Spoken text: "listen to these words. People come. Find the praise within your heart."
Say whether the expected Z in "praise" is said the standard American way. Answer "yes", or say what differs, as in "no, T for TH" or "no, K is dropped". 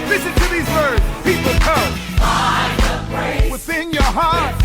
no, Z is dropped